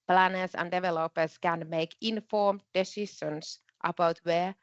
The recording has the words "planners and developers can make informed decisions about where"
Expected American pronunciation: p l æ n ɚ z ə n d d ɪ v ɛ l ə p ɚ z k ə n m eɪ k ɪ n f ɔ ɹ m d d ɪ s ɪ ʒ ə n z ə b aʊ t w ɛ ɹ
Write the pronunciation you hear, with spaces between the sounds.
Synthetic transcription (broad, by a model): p l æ n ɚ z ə n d d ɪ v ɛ l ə p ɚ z k ə n m eɪ k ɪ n f ɔ ɹ m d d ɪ s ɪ ʃ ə n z ə b aʊ t w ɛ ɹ